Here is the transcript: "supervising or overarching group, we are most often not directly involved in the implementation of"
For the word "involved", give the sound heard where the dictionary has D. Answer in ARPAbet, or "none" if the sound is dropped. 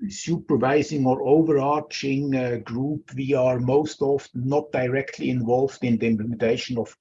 D